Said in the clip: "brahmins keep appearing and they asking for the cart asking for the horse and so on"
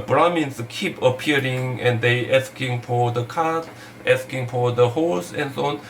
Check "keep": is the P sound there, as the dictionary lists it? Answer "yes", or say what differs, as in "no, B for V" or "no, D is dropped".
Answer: yes